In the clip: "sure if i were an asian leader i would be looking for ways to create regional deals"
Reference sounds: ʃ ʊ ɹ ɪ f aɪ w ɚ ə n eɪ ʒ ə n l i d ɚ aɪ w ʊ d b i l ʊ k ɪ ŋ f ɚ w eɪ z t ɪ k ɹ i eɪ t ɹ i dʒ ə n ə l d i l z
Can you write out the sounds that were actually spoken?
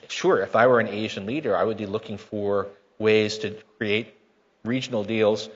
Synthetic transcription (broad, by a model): ʃ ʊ ɹ ɪ f aɪ w ɚ ə n eɪ ʒ ə n l i d ɚ aɪ w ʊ d b i l ʊ k ɪ ŋ f ɚ w eɪ z t ɪ k ɹ i eɪ t ɹ i dʒ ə n l d i l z